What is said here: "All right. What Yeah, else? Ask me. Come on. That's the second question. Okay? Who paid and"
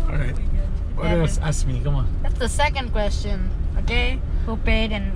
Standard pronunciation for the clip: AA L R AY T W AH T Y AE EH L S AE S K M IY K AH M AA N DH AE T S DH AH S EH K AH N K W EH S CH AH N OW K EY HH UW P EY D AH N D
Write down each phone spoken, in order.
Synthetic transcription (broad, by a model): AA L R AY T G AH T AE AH S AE S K M IY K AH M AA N DH AE T S DH AH S EH K AH N K W EH S CH AH N OW K EY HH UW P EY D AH N